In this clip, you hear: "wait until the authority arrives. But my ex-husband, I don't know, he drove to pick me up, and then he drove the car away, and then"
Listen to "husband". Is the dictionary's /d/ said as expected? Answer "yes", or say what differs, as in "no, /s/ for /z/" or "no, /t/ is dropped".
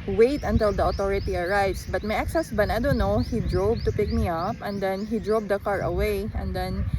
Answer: no, /d/ is dropped